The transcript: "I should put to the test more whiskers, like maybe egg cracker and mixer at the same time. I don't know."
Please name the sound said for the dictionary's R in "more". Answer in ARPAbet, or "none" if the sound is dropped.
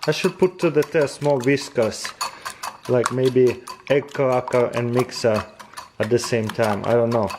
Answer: L